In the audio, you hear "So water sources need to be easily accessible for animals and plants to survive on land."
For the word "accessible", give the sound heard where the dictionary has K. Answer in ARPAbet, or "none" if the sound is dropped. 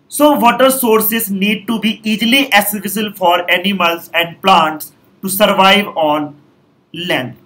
none